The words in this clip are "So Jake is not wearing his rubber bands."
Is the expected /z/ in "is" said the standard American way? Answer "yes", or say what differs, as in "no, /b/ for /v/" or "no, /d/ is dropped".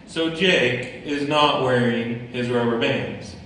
yes